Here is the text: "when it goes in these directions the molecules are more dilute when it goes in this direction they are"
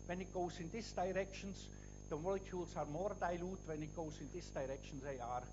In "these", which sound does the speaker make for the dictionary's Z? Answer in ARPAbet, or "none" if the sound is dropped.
S